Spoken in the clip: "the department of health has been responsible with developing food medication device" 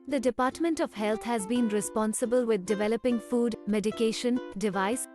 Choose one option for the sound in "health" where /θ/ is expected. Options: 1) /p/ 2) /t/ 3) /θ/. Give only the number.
2